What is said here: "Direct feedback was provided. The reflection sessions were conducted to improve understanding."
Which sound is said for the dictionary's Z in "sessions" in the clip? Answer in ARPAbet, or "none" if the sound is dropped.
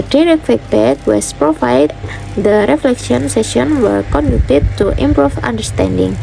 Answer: none